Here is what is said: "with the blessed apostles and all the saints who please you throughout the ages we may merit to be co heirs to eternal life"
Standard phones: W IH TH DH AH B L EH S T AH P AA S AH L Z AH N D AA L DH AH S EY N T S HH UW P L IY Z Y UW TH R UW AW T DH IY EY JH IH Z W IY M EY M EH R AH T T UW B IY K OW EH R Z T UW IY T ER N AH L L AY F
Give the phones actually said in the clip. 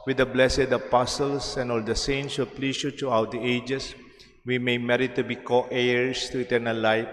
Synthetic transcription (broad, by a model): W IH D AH B L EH S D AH P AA S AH L S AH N AA L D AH S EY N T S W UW P L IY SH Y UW T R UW AW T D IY EY JH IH S W IY M EY M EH R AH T T UW B IY K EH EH R S T UW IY T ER N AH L L AY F